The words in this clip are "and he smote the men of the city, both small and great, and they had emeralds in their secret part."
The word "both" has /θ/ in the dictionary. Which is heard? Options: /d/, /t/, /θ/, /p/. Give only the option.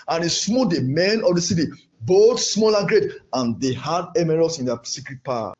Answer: /t/